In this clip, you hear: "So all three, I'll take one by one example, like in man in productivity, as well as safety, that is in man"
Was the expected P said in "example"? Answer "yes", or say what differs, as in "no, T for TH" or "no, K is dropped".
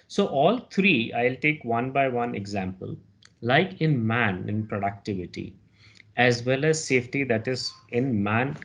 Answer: yes